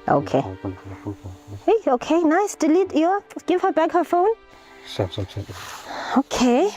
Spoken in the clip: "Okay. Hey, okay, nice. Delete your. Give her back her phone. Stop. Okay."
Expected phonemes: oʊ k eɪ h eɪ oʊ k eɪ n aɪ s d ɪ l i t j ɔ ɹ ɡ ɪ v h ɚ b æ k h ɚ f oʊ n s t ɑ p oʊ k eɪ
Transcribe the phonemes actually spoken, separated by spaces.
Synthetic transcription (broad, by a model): oʊ k eɪ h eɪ oʊ k eɪ n aɪ s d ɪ l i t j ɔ ɡ ɪ v h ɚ b æ k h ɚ f oʊ n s s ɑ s oʊ k eɪ